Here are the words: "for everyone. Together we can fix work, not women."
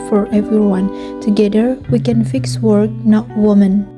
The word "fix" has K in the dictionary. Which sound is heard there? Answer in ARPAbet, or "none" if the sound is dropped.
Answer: K